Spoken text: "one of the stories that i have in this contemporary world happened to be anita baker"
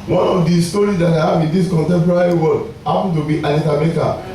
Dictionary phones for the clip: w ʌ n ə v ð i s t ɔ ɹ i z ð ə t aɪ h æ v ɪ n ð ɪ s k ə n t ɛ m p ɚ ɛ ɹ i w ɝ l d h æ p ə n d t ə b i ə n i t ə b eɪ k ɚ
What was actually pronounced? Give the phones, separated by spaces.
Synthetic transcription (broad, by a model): w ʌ n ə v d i s t ɔ ɹ i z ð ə t aɪ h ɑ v ɪ n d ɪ s k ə n t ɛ m p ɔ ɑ ɹ i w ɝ d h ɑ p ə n t ə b i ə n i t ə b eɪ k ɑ